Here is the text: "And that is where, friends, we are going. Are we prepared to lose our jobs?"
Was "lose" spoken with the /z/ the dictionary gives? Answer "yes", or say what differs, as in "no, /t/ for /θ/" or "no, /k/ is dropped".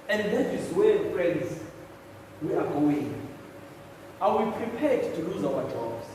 yes